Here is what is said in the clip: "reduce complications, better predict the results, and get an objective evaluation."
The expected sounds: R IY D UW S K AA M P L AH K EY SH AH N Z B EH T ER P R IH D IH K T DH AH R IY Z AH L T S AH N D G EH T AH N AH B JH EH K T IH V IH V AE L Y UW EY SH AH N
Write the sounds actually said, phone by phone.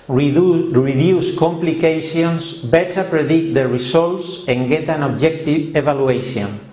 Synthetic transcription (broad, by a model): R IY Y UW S K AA M P L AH K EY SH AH N S B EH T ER P R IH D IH K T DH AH R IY S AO L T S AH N G EH T AH N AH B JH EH K T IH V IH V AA L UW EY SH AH N